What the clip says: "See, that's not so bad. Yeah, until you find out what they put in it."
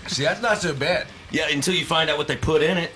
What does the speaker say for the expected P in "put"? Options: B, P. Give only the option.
P